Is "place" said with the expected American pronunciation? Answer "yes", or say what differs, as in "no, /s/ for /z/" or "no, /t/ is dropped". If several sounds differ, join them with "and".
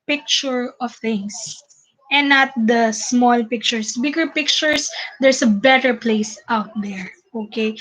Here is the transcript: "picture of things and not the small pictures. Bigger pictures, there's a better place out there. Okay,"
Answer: yes